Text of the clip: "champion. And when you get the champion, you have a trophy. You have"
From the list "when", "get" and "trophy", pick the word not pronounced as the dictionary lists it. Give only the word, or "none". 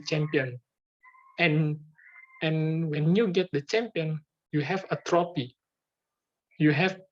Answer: trophy